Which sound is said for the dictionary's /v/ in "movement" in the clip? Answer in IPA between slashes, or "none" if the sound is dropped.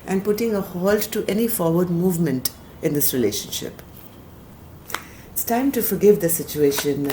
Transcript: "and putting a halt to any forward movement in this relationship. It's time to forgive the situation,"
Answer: /v/